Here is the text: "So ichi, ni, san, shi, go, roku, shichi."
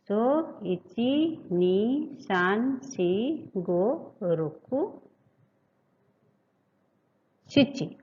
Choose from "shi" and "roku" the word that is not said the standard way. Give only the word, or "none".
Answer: shi